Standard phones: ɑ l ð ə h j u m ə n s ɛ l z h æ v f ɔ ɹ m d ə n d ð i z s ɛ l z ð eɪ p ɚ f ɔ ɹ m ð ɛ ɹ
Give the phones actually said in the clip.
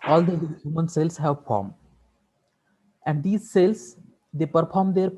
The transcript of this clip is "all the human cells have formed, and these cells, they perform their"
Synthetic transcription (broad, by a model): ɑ l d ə h j u m ə n s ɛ l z h æ v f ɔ ɹ m ə n d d i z s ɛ l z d eɪ p ɚ f ɔ ɹ m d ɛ ɹ